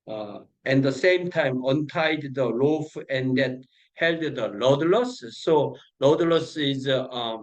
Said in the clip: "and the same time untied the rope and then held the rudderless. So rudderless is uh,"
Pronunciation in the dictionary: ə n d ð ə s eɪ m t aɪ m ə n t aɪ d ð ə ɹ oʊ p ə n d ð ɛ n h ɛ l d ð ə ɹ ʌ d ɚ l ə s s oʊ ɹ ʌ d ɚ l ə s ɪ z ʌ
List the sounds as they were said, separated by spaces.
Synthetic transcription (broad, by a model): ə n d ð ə s eɪ m t aɪ m ə n t aɪ d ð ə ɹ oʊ f ə n d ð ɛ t h ɛ l d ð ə l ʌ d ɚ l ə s s oʊ l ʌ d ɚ l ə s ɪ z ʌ